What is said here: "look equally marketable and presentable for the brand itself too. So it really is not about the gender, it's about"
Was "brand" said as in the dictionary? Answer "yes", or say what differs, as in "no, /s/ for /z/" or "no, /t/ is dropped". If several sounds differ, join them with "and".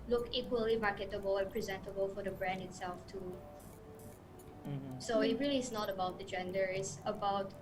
yes